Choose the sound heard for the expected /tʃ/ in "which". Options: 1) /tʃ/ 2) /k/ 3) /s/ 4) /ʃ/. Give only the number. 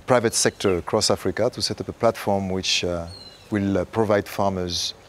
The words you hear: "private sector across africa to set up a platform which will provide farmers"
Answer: 1